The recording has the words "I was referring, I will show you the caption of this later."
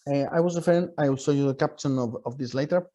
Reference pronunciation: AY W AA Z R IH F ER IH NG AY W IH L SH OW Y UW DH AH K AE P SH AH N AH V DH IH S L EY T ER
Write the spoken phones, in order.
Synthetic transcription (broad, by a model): AY W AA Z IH F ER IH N AY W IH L S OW Y UW DH AH K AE P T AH N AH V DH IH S L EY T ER